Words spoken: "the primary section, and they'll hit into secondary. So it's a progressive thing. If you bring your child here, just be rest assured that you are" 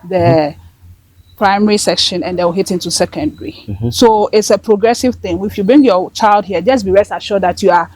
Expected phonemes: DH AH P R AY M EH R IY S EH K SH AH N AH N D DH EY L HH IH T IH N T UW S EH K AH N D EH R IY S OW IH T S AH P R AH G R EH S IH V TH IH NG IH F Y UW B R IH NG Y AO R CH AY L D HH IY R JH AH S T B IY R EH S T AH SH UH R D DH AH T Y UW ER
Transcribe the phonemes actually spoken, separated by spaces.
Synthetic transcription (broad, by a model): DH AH P R AY M EH R IY S EH K SH AH N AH N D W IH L HH IH T IH N T UW S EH K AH N D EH R IY S OW IH T S AH P R AH G R EH S IH V TH IH NG IH F Y UW B R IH NG Y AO CH AY L D HH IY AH JH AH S B IY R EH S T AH SH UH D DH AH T Y UW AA